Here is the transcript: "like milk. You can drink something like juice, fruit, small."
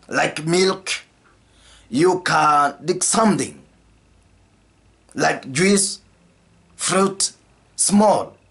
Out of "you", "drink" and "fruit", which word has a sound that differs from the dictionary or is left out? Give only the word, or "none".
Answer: drink